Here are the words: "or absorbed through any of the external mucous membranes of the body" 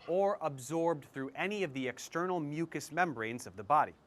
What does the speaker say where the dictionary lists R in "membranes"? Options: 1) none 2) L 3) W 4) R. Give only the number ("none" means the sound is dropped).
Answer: 4